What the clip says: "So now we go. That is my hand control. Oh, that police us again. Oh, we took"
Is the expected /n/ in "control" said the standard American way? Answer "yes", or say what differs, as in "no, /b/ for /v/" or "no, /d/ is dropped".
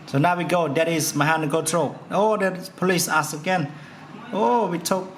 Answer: no, /n/ is dropped